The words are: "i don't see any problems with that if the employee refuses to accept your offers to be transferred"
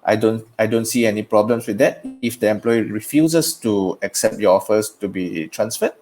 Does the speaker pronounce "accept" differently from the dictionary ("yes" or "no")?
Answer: no